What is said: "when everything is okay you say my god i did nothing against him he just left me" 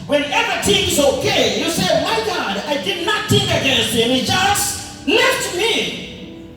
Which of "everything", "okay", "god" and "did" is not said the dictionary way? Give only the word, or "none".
everything